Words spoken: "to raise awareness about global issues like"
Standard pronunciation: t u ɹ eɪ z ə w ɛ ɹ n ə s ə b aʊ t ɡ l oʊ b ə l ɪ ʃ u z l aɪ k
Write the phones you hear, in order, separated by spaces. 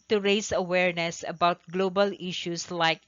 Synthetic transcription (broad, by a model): t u ɹ eɪ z ə w ɛ ɹ n ə s ə b aʊ t ɡ l oʊ b ə l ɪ ʃ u s l aɪ k